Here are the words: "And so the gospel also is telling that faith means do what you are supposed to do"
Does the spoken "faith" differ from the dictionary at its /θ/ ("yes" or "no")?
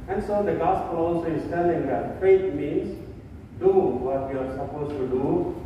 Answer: yes